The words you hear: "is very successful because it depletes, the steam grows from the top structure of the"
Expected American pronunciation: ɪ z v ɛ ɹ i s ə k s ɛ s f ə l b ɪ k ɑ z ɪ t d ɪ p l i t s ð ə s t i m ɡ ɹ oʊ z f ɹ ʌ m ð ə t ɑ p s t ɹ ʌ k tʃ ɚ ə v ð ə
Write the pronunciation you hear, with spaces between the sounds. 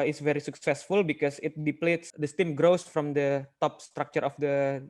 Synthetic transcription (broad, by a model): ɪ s v ɛ ɹ i s ə k s ɛ s f ə l b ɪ k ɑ s ɪ t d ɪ p l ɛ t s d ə s t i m ɡ ɹ oʊ s f ɹ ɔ m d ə t ɑ p s t ɹ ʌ k tʃ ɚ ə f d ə